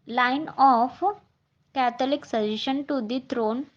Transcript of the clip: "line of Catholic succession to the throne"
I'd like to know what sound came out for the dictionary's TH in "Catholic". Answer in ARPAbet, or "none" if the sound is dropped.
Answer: T